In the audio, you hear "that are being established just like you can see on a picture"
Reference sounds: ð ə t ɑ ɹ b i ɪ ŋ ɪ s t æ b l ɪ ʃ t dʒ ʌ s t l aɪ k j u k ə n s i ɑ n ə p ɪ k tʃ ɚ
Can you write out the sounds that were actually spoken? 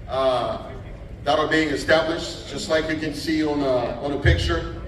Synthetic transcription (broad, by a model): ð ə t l b i ɪ ŋ ɪ s t æ b l ɪ ʃ t dʒ ʌ s t l aɪ k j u k ə n s i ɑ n ə p ɪ k tʃ ɚ